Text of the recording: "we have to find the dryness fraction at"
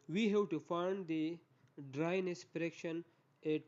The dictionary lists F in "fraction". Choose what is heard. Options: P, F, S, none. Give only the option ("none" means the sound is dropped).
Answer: P